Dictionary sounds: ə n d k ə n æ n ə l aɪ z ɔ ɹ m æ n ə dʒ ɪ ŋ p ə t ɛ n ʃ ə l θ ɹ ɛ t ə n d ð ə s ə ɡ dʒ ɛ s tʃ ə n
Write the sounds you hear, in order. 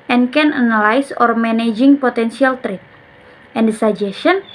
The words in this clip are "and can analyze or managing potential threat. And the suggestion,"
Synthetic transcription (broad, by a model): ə n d k ə n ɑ n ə l aɪ s ɔ ɹ m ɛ n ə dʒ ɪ ŋ p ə t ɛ n s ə l t ɹ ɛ t ə n d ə s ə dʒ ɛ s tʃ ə n